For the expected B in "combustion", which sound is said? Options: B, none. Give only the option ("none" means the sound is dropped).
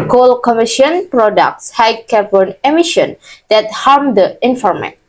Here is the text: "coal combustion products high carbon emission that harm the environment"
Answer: none